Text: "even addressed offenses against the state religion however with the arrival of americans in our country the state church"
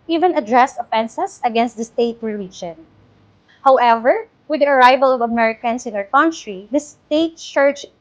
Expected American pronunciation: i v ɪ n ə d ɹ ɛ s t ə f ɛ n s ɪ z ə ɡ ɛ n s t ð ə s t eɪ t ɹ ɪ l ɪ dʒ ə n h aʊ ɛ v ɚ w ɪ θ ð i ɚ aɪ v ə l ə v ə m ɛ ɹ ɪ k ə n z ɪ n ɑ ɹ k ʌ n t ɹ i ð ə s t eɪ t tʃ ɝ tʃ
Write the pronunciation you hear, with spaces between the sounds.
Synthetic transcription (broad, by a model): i v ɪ n ə d ɹ ɛ s t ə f ɛ n s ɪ s ə ɡ ɛ n s t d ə s t eɪ t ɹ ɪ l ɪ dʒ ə n h aʊ ɛ v ɚ w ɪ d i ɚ aɪ v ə l ə v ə m ɛ ɹ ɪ k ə n s ɪ n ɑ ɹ k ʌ n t ɹ i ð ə s t eɪ t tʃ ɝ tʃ